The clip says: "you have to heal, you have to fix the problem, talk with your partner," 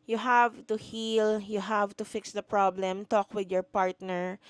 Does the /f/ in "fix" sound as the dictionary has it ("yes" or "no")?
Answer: yes